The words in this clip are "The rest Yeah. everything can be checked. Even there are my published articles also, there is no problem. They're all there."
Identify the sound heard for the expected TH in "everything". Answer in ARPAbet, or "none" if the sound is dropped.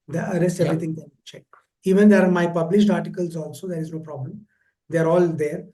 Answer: T